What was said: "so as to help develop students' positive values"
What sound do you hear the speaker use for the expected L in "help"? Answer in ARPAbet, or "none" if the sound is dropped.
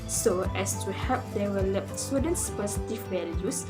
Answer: none